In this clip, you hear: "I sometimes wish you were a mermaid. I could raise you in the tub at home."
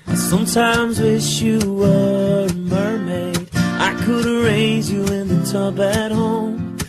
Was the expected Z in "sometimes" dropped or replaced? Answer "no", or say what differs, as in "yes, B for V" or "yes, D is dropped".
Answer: no